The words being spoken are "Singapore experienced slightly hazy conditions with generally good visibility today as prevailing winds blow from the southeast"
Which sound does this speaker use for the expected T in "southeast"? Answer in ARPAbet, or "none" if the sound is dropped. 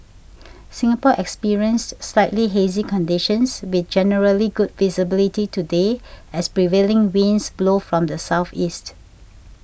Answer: T